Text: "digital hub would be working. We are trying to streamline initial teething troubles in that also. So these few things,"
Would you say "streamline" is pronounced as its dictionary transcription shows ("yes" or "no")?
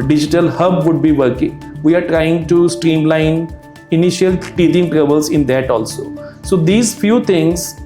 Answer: yes